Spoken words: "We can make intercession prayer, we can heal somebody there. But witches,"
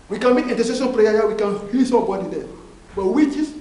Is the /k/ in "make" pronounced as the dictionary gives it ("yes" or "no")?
no